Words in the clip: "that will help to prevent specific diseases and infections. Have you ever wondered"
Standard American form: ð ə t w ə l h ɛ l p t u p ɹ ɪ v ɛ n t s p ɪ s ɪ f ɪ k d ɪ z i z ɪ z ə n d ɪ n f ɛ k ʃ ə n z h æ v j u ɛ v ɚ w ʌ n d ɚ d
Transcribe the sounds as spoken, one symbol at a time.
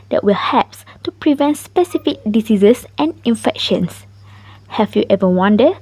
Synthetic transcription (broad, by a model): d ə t w ə l h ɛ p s t u p ɹ ɪ v ɛ n t s p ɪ s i f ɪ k d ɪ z i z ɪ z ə n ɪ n f ɛ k ʃ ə n s h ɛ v j u ɛ v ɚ w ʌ n d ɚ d